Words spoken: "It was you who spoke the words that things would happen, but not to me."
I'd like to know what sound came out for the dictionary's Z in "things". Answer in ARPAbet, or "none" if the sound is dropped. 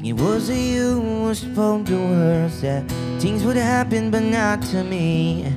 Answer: Z